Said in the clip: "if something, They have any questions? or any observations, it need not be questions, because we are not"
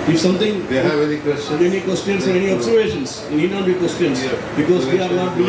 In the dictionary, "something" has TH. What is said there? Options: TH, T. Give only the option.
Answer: T